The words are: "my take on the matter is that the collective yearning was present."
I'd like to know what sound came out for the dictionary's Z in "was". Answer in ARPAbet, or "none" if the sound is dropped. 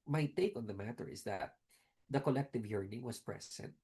S